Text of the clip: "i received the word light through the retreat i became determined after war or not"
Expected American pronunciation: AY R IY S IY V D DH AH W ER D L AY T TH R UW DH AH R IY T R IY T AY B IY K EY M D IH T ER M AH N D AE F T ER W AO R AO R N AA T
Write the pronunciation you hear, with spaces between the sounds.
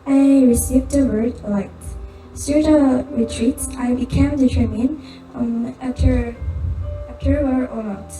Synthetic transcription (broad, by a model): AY R IY S IY V D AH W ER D L AY T S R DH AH R IY T R IY T AY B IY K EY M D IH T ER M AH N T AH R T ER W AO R AO R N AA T